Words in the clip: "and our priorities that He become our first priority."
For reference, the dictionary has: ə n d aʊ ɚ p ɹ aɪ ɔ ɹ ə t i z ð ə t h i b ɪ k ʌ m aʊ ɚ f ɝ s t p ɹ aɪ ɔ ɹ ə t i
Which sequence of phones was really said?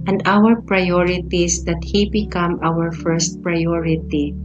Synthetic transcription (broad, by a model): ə n d aʊ ɚ p ɹ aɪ ɔ ɹ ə t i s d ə t h i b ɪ k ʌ m aʊ ɚ f ɝ s t p ɹ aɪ ɔ ɹ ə t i